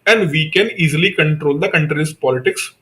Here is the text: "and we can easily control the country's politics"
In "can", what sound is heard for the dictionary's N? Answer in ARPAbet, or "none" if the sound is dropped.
N